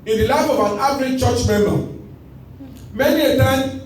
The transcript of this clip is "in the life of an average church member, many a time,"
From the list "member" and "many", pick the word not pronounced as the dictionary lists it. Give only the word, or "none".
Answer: member